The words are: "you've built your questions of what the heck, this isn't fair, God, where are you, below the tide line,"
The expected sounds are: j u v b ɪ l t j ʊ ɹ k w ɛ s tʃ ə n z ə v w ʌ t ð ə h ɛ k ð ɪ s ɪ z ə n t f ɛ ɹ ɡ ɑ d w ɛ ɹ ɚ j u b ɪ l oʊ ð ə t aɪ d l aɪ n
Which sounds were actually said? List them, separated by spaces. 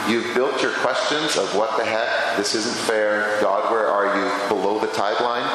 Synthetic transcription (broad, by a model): j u v b ɪ l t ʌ ɹ k w ɛ s tʃ ə n z ə v w ʌ t ð ə h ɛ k ð ɪ s ɪ z ə n t f ɛ ɹ ɡ ɑ d w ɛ ɹ ɚ j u b ɪ l oʊ ð ə t aɪ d l aɪ n